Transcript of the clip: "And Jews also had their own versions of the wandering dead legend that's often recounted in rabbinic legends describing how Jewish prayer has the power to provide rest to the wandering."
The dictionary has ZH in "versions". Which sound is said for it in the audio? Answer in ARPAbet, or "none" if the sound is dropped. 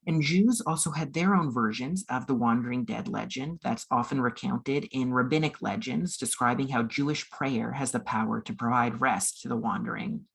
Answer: ZH